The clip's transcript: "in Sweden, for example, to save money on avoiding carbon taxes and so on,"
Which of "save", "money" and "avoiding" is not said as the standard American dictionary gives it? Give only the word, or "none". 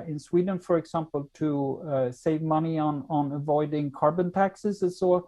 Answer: none